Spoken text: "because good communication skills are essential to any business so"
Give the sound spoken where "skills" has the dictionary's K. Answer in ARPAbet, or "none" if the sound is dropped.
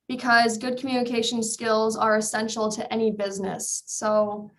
K